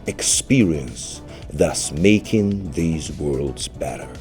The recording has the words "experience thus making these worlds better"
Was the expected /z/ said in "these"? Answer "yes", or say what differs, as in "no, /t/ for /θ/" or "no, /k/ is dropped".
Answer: yes